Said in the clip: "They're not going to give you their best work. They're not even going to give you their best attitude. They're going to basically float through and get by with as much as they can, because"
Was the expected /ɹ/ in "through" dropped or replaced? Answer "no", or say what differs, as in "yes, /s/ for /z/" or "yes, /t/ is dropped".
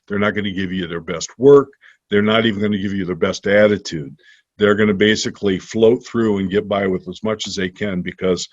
no